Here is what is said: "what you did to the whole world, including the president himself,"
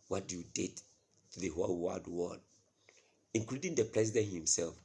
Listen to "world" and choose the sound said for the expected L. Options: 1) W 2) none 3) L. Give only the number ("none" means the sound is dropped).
1